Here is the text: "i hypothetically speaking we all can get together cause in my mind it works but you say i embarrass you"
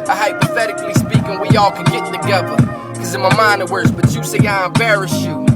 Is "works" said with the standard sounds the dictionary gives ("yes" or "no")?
no